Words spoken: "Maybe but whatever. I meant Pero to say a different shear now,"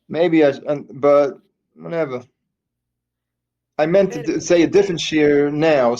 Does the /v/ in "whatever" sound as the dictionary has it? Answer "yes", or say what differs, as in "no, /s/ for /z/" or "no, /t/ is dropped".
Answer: yes